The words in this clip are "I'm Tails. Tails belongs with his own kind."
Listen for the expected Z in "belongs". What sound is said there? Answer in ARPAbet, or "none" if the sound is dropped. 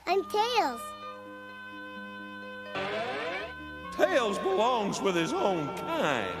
Z